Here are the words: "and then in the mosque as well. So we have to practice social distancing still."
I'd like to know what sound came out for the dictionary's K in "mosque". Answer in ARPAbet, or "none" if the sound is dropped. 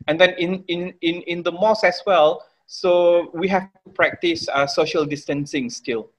none